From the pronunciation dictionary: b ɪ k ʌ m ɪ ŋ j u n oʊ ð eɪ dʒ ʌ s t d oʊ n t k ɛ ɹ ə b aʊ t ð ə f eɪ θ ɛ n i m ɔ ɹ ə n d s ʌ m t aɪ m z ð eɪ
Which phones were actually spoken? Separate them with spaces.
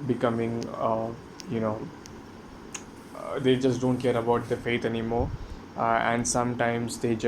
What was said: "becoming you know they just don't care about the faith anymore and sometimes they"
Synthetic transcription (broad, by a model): b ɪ k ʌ m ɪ ŋ j u n oʊ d eɪ dʒ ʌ s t d oʊ n t k ɛ ɹ ə b aʊ t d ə f eɪ t ɛ n i m ɔ ɹ ə n d s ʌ m t aɪ m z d eɪ